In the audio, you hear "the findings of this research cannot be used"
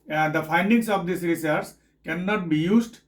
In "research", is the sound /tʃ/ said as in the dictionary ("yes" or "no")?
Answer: no